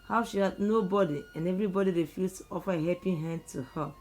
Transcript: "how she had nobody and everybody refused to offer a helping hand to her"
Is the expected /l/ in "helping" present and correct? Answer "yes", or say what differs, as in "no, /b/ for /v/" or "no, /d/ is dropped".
no, /l/ is dropped